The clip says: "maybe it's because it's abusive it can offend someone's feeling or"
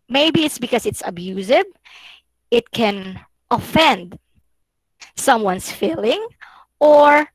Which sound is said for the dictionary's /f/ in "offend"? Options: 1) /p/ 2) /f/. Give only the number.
2